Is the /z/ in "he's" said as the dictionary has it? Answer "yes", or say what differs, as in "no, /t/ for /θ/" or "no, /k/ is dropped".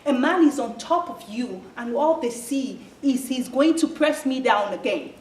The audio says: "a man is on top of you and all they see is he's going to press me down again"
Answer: yes